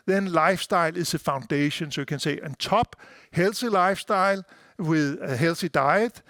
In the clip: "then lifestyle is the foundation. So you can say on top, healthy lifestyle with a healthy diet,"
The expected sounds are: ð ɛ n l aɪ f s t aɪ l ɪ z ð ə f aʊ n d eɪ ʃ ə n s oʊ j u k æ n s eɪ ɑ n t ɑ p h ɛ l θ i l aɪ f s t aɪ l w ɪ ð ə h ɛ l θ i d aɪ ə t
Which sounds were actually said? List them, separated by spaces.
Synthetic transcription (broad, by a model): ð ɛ n l aɪ f s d aɪ l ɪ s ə f aʊ n d eɪ ʃ ə n s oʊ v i k æ n s eɪ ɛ n s ɑ b h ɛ l s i l aɪ f s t aɪ l w ɪ ð h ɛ l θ i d aɪ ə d